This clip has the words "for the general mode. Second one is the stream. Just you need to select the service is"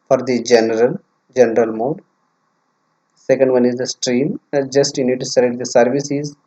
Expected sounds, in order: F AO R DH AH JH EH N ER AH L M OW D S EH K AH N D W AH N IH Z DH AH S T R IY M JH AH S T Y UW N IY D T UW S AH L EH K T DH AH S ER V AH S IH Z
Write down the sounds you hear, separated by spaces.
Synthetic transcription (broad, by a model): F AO R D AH JH EH N ER AH L M OW D S EH K AH N D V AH N IH Z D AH S T R IY M JH AH S T Y UW N IY D T UW S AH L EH T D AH S ER V AH S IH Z